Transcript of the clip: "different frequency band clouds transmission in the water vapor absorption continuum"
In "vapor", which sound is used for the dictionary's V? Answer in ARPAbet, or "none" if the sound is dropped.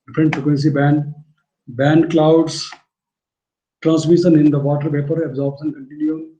P